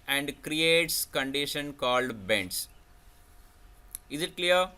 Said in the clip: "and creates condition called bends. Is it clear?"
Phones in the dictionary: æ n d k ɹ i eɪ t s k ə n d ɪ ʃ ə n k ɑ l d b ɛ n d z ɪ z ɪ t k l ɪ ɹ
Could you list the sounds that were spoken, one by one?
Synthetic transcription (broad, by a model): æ n d k ɹ i eɪ t s k ə n d ɪ ʃ ə n k ɑ l d b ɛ n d s ɪ z ɪ t k l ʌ ɹ